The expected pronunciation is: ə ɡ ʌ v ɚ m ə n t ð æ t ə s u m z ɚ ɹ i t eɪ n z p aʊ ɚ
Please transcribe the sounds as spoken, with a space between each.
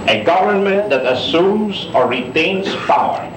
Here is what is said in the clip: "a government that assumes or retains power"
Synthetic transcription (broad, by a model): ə ɡ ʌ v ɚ m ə n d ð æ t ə s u m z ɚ ɹ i t eɪ n s p aʊ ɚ